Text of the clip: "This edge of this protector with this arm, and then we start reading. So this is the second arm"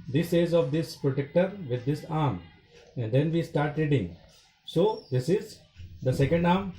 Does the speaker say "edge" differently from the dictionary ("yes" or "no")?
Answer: yes